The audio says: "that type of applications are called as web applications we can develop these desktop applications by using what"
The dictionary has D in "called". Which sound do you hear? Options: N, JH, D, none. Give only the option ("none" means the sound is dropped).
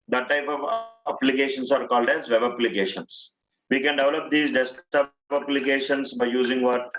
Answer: D